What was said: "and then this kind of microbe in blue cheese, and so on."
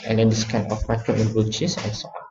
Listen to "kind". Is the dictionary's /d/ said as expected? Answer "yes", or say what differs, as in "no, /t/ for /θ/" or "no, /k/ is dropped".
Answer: no, /d/ is dropped